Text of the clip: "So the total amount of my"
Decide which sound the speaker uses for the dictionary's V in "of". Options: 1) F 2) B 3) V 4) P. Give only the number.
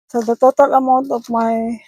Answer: 4